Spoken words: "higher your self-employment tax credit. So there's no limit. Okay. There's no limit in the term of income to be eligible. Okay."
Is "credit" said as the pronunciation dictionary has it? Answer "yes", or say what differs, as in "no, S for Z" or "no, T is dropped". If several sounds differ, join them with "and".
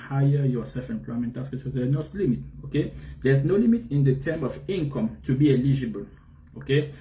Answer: no, R is dropped